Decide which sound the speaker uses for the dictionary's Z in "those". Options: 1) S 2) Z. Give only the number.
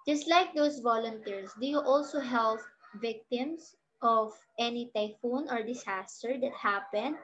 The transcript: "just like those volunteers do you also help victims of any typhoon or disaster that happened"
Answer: 1